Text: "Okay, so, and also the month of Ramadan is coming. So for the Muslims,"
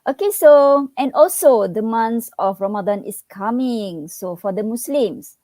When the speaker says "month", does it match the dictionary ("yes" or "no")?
no